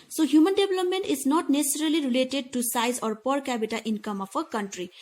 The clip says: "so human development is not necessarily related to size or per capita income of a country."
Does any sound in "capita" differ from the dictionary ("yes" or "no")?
yes